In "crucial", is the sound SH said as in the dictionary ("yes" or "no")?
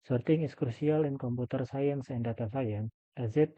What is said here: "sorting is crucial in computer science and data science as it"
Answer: no